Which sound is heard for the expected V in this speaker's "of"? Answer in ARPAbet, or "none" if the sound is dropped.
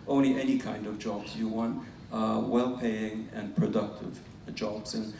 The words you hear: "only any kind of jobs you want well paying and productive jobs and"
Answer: V